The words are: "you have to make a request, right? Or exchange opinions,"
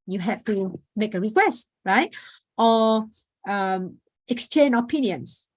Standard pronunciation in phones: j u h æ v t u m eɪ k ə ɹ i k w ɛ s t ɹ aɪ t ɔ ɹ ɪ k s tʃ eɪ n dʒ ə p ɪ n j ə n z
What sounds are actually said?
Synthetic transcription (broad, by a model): j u h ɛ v t u m eɪ k ə ɹ i k w ɛ s t ɹ aɪ t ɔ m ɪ k s tʃ eɪ n ə p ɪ n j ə n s